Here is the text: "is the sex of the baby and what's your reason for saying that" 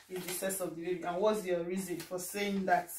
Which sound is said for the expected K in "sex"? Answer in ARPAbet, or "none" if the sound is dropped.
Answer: none